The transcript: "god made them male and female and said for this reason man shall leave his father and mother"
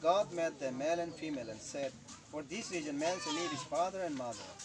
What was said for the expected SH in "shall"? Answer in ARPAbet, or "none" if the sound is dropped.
S